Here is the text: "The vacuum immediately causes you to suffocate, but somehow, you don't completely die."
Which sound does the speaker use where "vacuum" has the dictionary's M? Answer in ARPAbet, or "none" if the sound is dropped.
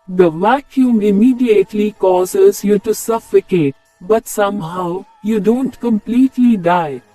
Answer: M